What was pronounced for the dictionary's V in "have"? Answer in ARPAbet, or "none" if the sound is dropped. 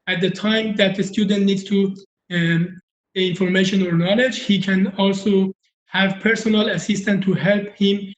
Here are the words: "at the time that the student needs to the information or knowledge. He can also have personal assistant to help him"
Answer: V